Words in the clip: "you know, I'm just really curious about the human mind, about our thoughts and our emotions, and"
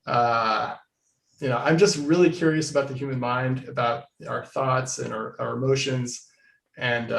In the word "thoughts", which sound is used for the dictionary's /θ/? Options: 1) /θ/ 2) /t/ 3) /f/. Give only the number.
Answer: 1